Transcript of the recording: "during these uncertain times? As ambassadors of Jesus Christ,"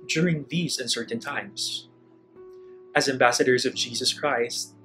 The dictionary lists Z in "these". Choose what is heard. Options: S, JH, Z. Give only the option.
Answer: Z